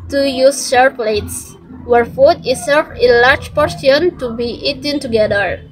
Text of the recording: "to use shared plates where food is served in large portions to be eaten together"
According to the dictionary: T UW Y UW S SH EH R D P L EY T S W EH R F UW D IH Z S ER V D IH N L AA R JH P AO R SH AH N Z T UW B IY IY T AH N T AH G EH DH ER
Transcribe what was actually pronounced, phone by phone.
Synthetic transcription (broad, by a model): T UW Y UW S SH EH R P L EY T S W EH R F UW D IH S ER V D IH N L AA R JH P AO R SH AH N T UW B IY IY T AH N T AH G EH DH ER